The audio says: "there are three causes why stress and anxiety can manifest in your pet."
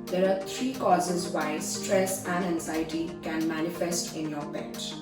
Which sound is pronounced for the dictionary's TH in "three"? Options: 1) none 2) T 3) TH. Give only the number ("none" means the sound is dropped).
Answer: 2